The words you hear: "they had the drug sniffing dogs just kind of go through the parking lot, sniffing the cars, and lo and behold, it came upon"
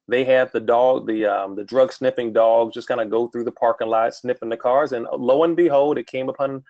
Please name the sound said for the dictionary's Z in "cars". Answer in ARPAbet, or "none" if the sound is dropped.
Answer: Z